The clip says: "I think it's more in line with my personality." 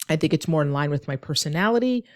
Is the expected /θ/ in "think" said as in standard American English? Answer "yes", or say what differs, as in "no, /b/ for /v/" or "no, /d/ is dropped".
yes